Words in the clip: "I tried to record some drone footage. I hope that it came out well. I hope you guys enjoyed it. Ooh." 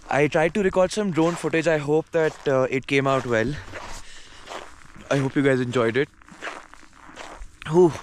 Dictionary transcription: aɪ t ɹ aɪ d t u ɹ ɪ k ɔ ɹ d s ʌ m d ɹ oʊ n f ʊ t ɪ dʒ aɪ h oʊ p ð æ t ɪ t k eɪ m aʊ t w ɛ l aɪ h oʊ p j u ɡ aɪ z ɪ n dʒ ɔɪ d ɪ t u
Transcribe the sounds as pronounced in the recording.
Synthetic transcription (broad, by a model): aɪ t ɹ aɪ d t u ɹ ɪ k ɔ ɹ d s ʌ m d ɹ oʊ n f ʊ t ɪ dʒ aɪ h oʊ p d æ t ɪ t k eɪ m aʊ t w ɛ l aɪ h oʊ p j u ɡ aɪ z ɪ n dʒ ɔɪ d ɪ t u